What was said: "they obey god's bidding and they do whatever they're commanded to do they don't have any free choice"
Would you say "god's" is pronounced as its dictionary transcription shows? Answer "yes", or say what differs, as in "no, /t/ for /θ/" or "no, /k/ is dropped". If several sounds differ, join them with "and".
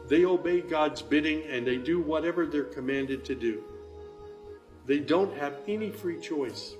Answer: yes